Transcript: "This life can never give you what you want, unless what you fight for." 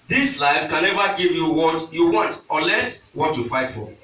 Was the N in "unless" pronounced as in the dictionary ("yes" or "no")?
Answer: no